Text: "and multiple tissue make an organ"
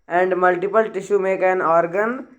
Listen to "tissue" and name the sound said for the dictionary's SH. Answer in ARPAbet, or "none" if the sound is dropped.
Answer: SH